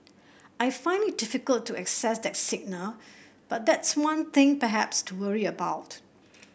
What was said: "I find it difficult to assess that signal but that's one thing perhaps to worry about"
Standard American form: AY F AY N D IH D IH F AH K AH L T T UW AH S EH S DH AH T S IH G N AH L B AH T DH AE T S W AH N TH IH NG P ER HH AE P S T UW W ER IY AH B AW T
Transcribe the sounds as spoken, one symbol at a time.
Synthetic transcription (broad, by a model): AY F AY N IH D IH F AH K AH L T T UW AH S EH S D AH T S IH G N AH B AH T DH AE T S W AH N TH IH NG P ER HH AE P S T UW W ER IY AH B AW T